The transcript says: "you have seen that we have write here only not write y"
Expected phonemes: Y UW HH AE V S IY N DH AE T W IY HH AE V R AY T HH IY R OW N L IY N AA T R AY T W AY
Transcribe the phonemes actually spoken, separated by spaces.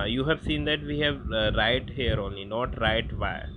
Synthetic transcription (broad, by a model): Y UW HH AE V S IY N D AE T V IY HH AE V R AY T HH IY R OW N L IY N AA T R AY T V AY